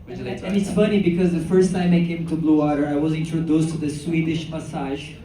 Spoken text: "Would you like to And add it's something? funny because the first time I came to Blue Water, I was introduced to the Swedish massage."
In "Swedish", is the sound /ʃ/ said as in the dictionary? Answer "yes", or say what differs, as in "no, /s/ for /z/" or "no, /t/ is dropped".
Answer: yes